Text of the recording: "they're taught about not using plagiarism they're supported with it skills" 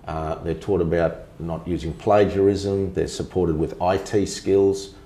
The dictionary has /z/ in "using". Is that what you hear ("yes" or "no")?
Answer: yes